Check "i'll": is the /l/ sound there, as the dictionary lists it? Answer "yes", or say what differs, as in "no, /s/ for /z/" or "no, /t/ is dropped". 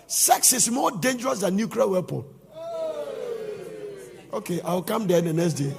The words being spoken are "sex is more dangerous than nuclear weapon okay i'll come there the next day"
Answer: no, /w/ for /l/